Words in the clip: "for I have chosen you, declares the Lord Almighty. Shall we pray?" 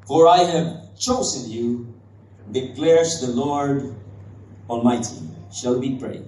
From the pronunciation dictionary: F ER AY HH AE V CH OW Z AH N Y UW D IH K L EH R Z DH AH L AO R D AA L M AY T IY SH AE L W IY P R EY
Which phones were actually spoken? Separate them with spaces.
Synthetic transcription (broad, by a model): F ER AY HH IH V CH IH S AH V Y UW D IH K L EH R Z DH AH L AO R D AA L M AY T IY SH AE L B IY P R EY